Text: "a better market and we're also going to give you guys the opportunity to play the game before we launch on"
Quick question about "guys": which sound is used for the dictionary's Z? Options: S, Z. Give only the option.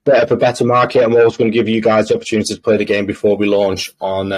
Z